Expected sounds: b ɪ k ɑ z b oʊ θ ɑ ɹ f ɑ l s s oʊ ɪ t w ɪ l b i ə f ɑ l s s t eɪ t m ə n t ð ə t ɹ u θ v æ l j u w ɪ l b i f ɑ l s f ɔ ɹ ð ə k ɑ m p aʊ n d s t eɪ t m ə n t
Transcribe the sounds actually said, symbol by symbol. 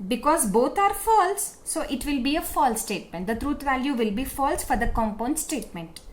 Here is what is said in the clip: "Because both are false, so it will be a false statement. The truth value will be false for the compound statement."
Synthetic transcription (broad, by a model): b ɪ k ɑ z b oʊ t ɑ ɹ f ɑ l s s oʊ ɪ t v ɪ l b i ə f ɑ l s s t eɪ t m ə n t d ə t ɹ u t v æ l j u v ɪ l b i f ɑ l s f ɔ ɹ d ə k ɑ m p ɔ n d s t eɪ t m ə n t